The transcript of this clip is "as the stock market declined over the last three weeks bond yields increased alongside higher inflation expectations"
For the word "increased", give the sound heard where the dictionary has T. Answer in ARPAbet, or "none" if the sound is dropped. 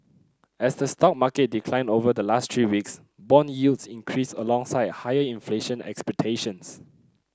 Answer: none